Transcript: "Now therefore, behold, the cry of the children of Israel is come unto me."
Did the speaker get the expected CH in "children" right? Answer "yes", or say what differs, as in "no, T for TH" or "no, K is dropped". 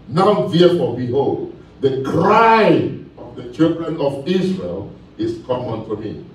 yes